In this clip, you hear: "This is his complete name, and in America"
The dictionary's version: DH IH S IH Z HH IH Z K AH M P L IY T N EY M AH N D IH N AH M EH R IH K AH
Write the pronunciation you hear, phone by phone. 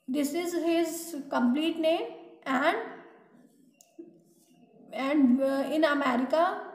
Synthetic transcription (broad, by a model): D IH S IH Z HH IH Z K AH M P L IY T N EY M AH N D IH N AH M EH R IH K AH